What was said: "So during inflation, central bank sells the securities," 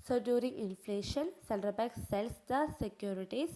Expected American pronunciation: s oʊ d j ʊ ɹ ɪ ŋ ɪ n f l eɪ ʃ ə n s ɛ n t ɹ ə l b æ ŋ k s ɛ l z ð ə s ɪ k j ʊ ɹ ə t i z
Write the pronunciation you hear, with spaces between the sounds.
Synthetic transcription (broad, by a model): s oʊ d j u ɹ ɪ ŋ ɪ n f l eɪ ʃ ə n s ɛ l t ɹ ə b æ k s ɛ l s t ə s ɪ k j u ɹ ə t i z